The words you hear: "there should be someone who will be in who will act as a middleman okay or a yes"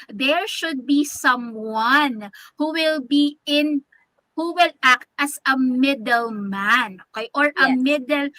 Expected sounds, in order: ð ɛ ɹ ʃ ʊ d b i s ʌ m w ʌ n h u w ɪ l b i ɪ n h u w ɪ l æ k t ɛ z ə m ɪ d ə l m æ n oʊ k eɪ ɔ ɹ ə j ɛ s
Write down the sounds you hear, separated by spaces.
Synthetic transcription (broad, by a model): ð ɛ ɹ ʃ ʊ d b i s ʌ m w ʌ n h u w ɪ l b i ɪ n h u w ɪ l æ k t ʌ s ə m ɪ d ə l m æ n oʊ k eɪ ɔ ɹ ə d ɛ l